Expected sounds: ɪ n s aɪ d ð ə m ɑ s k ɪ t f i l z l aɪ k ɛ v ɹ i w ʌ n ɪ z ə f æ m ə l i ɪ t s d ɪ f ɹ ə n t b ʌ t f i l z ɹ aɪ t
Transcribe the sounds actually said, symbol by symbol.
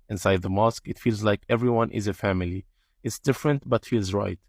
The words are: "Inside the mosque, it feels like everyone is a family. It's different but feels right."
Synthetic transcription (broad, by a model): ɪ n s aɪ d ð ə m ɑ s k ɪ t f i l z l aɪ k ɛ v ɹ i w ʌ n ɪ z ə f æ m ə l i ɪ t s d ɪ f ɹ ə n t b ʌ t f i l z ɹ aɪ t